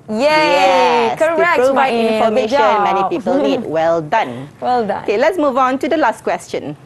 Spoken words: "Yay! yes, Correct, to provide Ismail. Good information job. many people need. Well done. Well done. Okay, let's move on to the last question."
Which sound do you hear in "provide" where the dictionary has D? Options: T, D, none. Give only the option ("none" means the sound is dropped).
none